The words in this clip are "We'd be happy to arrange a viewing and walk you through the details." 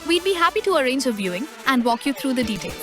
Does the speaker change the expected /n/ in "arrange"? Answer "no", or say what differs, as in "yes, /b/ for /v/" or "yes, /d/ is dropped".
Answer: no